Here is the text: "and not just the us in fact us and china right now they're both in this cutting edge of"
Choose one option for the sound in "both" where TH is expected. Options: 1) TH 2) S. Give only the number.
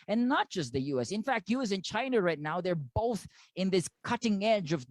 1